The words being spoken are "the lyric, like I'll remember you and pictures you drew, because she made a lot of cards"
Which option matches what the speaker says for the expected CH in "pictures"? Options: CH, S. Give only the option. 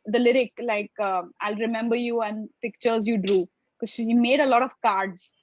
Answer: CH